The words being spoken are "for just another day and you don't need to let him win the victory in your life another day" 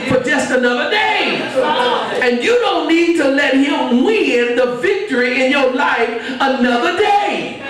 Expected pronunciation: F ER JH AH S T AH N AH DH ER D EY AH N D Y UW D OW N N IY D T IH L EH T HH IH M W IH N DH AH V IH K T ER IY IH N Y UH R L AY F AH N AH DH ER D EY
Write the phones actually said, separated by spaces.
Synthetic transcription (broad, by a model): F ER JH AH S T AH N AH DH ER D EY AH N Y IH D OW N N IY D T IH L EH T HH IH M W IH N DH AH V IH K T ER IY IH N Y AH R L AY F AH N AH DH ER D EY